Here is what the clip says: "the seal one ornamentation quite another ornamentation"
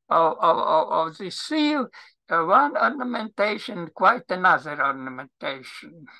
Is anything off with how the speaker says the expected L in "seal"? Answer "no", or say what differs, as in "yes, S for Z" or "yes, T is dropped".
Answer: no